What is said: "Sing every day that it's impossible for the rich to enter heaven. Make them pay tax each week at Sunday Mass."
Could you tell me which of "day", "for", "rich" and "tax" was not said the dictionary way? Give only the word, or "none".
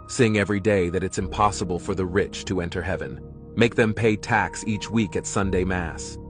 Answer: none